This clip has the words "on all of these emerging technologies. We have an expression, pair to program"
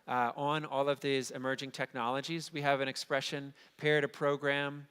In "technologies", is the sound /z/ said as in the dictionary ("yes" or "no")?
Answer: yes